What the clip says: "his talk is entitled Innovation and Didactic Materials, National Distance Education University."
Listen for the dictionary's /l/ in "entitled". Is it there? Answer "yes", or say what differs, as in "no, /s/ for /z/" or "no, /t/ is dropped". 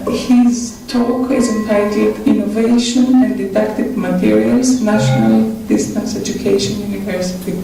no, /l/ is dropped